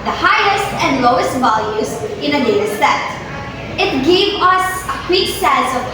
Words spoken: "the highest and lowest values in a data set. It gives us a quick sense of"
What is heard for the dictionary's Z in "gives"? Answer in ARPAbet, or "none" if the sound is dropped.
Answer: none